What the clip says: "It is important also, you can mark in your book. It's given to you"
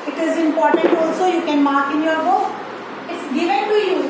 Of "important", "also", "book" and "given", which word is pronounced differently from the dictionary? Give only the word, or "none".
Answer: book